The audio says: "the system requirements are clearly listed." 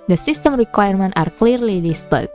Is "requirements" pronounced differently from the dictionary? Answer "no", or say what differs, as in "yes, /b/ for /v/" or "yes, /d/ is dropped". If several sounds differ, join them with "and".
yes, /s/ is dropped